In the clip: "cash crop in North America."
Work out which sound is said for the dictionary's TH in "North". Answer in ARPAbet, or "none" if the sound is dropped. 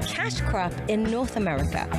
TH